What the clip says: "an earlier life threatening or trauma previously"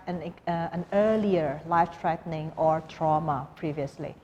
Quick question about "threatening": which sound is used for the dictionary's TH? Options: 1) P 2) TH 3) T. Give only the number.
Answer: 3